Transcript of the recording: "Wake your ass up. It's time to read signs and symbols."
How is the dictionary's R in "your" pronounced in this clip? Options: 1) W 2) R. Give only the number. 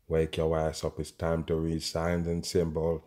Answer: 1